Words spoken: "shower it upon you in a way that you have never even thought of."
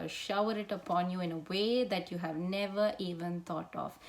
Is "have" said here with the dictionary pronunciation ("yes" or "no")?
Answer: yes